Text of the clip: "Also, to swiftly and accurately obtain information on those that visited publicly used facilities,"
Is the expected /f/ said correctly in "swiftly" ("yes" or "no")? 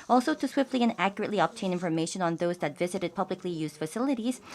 yes